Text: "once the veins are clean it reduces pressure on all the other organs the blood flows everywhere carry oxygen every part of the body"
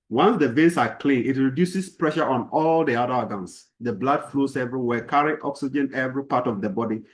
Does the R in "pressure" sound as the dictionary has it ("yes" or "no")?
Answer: yes